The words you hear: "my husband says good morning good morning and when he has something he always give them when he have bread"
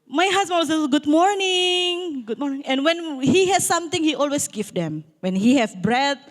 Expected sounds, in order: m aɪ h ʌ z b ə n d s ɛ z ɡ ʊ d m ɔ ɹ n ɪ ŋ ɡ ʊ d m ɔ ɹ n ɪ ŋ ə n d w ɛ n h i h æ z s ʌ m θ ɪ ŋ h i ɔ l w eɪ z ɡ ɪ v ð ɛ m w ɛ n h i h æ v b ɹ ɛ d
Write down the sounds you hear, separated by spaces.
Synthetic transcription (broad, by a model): m aɪ h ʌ s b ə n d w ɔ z ɡ ʊ d m ɔ ɹ n ɪ ŋ ɡ ʊ d m ɔ ɹ n ɪ ŋ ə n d w ɛ n h i h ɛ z s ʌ m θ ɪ ŋ h i ɔ l w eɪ s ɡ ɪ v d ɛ m w ɛ n h i h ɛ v b ɹ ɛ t